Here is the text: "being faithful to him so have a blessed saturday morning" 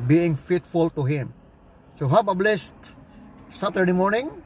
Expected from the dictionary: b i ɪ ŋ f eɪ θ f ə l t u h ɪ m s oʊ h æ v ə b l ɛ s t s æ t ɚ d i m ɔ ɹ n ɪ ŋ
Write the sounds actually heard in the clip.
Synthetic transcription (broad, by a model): b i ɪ ŋ f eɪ t f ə l t u h ɪ m s oʊ h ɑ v ə b l ɛ s t s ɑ t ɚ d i m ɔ ɹ n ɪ ŋ